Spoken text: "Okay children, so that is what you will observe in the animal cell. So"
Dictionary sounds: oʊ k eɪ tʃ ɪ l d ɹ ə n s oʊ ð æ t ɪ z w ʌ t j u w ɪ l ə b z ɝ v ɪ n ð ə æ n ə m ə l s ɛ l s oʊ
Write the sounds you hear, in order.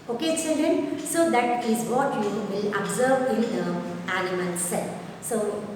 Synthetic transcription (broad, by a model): oʊ k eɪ s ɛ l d ə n s oʊ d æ t ɪ z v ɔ t j u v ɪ l ə b z ɝ v ɪ n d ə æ l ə m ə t s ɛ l s oʊ